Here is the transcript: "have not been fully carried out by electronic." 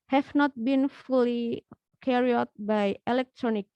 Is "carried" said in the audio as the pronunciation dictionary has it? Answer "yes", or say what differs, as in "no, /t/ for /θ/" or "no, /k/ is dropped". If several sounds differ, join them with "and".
no, /d/ is dropped